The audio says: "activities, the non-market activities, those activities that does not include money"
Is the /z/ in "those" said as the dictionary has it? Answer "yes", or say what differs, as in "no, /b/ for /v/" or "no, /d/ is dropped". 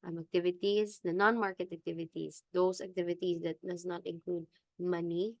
no, /s/ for /z/